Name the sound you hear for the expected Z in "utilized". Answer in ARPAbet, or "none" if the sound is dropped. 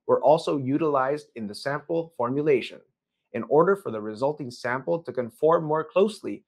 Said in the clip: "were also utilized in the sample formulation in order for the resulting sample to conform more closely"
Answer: Z